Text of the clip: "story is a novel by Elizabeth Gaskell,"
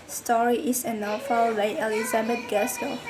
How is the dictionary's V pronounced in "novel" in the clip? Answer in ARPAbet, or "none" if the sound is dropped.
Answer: F